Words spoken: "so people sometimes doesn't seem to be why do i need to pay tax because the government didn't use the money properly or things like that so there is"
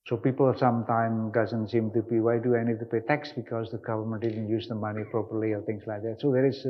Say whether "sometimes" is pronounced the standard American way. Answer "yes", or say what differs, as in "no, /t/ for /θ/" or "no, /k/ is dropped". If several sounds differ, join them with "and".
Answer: no, /z/ is dropped